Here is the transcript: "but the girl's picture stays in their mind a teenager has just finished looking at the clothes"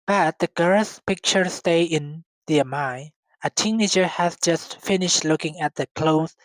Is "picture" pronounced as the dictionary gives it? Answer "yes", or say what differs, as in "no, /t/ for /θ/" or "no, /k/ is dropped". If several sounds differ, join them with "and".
yes